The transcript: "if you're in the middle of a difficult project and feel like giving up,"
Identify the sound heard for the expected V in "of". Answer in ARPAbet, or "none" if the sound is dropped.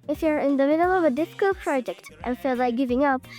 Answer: V